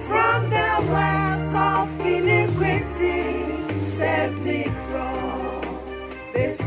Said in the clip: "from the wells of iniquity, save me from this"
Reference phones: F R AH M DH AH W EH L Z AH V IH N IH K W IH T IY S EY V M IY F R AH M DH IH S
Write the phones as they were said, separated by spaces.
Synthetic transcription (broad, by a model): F R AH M DH AH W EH Z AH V IH N IH K W IH T IY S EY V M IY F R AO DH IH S